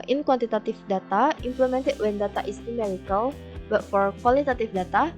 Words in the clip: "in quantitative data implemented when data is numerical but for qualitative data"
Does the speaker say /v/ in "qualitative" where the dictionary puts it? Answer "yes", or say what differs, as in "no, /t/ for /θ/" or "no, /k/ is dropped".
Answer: no, /f/ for /v/